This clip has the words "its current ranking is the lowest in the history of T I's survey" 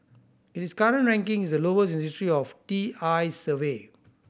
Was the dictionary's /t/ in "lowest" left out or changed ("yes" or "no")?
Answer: yes